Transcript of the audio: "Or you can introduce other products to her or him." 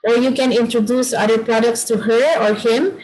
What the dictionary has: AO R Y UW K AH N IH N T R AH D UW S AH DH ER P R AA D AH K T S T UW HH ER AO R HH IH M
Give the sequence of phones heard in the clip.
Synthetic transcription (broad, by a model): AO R Y UW K AH N IH N T R AH D UW S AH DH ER P R AA D AH K T S T UW HH ER AO R HH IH M